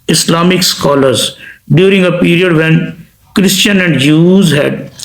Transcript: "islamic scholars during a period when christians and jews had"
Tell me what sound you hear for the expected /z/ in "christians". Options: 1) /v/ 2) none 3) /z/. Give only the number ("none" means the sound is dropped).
2